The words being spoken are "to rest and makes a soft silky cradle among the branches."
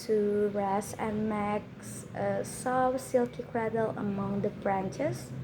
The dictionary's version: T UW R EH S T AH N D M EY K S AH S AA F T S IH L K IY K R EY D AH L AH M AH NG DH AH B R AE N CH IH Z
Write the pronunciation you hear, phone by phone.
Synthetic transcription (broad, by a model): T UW R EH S AH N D M EY K S AH S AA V S IH L K IY K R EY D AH L AH M AH NG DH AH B R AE N CH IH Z